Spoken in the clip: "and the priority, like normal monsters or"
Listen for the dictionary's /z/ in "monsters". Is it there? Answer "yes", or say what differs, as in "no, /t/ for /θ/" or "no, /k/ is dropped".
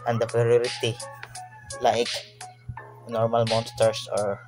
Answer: no, /s/ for /z/